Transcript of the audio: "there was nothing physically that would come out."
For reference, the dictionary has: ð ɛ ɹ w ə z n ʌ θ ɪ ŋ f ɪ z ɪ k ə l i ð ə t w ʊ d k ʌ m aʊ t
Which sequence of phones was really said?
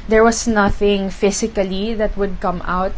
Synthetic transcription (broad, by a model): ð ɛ ɹ w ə s n ʌ θ ɪ ŋ f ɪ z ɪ k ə l i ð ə t w ʊ d k ʌ m aʊ t